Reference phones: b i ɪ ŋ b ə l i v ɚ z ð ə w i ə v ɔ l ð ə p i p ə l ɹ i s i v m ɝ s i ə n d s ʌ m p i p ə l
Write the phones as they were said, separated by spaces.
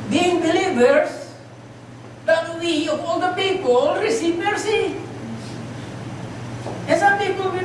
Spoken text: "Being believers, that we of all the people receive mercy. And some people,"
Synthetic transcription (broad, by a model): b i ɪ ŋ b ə l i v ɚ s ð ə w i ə p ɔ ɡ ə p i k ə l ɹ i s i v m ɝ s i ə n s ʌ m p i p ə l